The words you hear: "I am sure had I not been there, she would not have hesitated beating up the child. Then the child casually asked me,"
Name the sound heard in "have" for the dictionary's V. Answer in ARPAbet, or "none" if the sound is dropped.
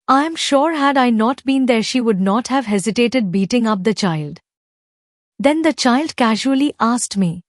V